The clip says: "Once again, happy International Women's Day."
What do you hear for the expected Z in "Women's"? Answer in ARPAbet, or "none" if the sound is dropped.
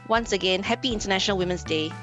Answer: S